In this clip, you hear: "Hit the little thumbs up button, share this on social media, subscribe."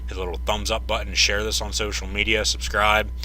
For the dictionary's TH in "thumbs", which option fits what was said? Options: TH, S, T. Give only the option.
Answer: TH